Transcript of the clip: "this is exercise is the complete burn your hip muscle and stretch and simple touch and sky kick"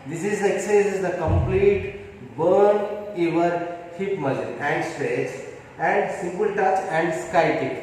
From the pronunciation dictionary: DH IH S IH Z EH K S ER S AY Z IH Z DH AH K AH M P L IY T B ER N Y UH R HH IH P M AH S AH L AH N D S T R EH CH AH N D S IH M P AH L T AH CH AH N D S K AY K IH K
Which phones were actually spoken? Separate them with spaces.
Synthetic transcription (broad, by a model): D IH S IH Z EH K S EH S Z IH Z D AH K AH M P L IY T B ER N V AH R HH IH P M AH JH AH N AH N D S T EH S AH N D S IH M P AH L T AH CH AH N D S K AY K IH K